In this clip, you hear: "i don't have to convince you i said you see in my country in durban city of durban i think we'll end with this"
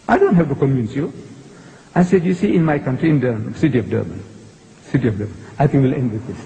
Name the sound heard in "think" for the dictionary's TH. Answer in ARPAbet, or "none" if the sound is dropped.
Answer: T